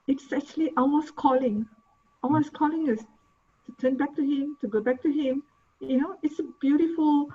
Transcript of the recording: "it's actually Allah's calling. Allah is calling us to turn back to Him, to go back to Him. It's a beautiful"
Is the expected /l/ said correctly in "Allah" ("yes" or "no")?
no